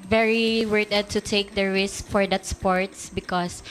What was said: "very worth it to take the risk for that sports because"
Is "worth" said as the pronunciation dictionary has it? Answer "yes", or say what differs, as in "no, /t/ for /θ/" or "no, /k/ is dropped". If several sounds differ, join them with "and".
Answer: no, /t/ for /θ/